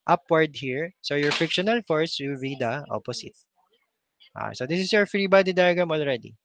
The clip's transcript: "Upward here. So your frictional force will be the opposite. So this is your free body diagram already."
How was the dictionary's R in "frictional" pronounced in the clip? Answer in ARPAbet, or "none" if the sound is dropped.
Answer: none